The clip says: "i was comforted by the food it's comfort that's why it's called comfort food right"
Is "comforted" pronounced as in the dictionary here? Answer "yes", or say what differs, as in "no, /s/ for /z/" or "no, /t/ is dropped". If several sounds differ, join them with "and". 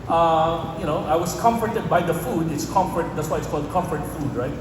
yes